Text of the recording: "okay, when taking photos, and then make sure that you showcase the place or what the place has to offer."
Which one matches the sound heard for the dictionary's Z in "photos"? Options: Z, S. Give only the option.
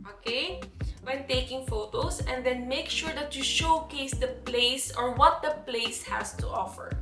S